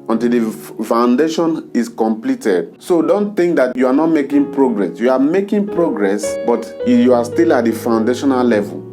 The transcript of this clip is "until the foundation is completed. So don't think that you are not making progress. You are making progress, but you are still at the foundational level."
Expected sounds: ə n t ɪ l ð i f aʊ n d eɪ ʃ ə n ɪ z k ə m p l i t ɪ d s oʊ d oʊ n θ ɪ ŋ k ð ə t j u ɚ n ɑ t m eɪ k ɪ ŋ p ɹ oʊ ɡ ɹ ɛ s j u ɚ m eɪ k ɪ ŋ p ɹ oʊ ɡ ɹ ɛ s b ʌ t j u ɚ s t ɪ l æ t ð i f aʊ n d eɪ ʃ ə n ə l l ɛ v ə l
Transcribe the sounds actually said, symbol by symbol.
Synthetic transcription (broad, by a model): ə n t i l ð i f aʊ n d eɪ ʃ ə n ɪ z k ə m p l i t ɪ d s oʊ d oʊ n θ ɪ ŋ k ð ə t j u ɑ n ɑ t m eɪ k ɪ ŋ p ɹ oʊ ɡ ɹ ɛ s j u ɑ m eɪ k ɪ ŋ p ɹ oʊ ɡ ɹ ɛ s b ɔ t j u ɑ s t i l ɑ t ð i f aʊ n d eɪ ʃ ə n ə l l ɛ v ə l